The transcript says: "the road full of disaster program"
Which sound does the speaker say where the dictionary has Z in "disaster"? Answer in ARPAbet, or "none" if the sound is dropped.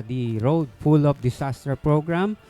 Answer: S